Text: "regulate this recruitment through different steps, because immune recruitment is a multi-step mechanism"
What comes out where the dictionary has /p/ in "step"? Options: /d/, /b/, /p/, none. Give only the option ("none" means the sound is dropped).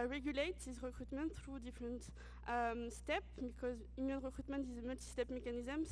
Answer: /p/